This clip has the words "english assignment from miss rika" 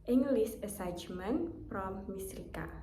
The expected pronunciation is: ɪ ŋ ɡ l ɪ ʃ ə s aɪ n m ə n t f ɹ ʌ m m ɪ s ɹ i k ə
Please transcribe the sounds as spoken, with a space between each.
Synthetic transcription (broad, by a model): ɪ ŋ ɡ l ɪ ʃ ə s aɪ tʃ m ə n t p ɹ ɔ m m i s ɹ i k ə